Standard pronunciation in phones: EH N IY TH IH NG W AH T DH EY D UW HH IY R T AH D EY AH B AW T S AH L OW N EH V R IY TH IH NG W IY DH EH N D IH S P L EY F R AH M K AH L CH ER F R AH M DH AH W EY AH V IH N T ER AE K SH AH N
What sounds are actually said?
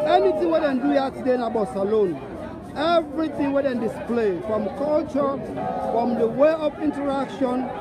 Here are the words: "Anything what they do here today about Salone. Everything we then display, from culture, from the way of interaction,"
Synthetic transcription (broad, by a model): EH N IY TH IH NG W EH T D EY D UW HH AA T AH D EY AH B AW S AH L OW N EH V R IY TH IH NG W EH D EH N D IH S P L EY F R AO M K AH L CH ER F R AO M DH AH W EY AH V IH N T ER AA K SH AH N